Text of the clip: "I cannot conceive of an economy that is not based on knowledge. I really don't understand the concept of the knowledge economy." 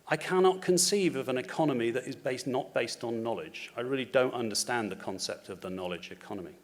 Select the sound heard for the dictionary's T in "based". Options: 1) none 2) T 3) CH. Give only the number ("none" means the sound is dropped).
2